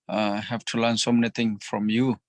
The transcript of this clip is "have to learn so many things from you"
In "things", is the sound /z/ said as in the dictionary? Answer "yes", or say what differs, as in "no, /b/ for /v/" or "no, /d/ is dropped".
no, /z/ is dropped